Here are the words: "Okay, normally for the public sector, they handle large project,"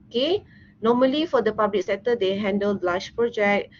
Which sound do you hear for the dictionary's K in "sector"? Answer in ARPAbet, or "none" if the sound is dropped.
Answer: none